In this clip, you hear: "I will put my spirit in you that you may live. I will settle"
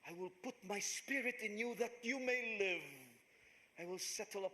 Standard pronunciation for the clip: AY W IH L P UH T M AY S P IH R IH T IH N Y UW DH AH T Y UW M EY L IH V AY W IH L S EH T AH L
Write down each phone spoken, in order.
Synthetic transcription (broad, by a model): AY W IH L P UH T M AY S P IH R IH T IH N Y UW DH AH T Y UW M EY L IH V AY W IH L S EH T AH